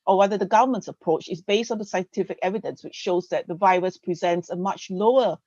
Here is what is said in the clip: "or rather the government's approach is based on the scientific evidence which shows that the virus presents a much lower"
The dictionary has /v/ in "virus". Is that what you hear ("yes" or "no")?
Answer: yes